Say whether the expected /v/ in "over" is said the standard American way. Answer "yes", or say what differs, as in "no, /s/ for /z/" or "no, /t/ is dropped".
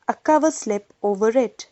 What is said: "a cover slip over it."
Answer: yes